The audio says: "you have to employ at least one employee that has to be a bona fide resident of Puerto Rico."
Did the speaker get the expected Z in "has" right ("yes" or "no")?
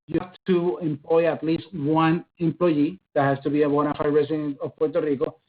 no